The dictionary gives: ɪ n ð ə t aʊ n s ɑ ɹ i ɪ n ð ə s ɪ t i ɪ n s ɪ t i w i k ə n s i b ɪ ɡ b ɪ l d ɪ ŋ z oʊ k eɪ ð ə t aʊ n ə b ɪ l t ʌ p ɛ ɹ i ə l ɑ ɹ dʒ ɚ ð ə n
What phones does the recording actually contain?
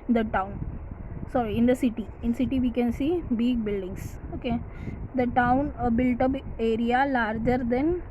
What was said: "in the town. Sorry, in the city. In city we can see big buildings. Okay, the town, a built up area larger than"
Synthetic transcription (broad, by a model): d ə t aʊ n s ɑ ɹ i ɪ n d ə s ɪ t i ɪ n s ɪ t i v i k ə n s i b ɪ ɡ b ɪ l d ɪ ŋ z oʊ k eɪ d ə t aʊ n ə b ɪ l t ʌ b ɛ ɹ i ə l ɑ ɹ dʒ ɚ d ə n